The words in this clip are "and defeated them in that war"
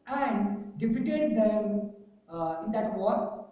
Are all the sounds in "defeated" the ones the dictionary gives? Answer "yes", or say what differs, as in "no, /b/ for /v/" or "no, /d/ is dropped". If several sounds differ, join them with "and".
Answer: no, /p/ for /f/